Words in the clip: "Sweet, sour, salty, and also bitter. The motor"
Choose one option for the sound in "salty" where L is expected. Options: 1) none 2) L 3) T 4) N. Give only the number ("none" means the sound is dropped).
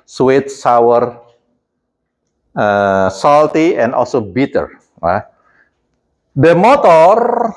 2